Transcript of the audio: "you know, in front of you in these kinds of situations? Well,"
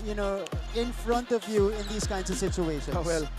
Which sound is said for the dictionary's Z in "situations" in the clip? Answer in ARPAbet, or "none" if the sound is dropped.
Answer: none